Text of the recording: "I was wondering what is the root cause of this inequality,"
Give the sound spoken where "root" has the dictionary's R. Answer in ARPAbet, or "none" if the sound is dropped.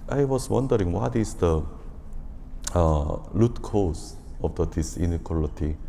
L